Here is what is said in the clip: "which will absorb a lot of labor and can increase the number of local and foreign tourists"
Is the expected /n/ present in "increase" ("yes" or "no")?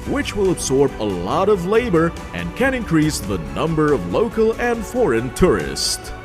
yes